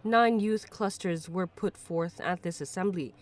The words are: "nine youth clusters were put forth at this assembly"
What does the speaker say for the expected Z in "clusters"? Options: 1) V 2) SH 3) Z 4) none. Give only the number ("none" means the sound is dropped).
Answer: 3